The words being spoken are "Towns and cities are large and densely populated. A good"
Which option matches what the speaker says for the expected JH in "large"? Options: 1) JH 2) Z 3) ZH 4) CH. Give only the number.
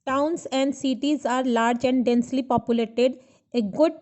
1